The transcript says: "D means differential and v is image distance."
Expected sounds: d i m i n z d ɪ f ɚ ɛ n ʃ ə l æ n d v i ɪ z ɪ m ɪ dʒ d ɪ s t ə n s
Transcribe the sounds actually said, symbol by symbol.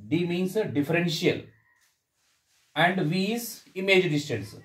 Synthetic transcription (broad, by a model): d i m i n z d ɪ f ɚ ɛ n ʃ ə l æ n d v i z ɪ m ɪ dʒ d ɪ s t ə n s